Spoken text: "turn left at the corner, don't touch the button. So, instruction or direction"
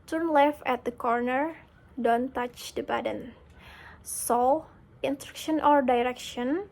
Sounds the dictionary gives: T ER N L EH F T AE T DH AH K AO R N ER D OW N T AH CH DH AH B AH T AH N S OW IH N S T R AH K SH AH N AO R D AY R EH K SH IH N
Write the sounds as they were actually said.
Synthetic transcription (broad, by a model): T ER N L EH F AE T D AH K AO R N ER D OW N T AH CH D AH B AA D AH N S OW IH N S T R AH K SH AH N AO R D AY R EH K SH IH N